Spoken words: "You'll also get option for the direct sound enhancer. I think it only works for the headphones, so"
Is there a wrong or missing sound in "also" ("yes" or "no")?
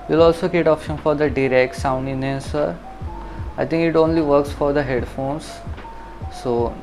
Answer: no